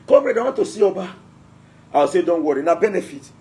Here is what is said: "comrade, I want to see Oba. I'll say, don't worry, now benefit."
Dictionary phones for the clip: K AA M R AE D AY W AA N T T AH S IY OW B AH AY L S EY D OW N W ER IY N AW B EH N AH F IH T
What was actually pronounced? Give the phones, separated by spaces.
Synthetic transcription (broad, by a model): K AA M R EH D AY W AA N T T AH S IY OW B AH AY W S EY D OW N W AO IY N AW B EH N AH F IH T